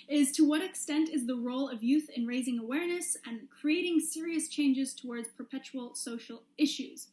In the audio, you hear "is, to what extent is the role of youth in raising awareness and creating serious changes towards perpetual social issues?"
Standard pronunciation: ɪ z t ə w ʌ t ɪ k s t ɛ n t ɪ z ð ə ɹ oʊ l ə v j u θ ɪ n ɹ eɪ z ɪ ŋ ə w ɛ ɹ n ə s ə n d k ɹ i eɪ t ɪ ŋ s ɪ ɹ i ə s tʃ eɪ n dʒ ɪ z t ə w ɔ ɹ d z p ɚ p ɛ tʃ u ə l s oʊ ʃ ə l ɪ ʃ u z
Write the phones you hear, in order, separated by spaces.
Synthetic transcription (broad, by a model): ɪ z t ə w ʌ t ɪ k s t ɛ n t ɪ z ð ə ɹ oʊ l ə v j u θ ɪ n ɹ eɪ z ɪ ŋ ə w ɛ ɹ n ə s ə n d k ɹ i eɪ t ɪ ŋ s ɪ ɹ i ə s tʃ eɪ n dʒ ɪ z t ə w ɔ ɹ d z p ɚ p ɛ tʃ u l s oʊ ʃ l ɪ ʃ u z